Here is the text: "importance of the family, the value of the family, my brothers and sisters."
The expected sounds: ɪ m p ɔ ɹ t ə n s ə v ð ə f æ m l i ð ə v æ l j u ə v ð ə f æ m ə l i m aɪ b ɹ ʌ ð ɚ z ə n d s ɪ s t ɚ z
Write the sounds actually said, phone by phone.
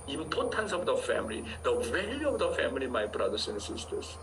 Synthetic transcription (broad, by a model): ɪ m p ɔ t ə n s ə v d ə f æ m l i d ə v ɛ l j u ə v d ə f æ m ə l i m aɪ b ɹ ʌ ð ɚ s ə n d s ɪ s t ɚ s